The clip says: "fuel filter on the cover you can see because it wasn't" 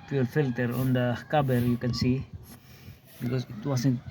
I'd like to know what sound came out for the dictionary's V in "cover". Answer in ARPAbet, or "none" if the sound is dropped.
B